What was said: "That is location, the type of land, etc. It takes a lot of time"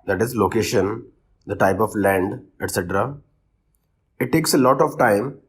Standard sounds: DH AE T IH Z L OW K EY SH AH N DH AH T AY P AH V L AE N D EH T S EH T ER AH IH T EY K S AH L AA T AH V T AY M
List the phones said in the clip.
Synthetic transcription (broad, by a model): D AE T IH Z L OW K EY SH AH N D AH T AY P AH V L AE N D EH T S EH T ER AH IH T EY K S AH L AA T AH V T AY M